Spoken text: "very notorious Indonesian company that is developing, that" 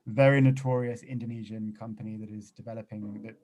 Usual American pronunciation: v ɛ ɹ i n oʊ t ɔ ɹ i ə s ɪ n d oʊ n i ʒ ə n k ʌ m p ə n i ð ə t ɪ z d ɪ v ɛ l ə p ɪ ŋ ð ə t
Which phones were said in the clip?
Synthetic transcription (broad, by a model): v ɛ ɹ i n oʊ t ɔ ɹ i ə s ɪ n d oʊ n i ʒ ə n k ʌ m p ə n i ð ə t ɪ z d ɪ v ɛ l ə p ɪ ŋ ð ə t